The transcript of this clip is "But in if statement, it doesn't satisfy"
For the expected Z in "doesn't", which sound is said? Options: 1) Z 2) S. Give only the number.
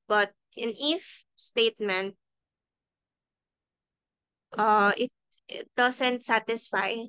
2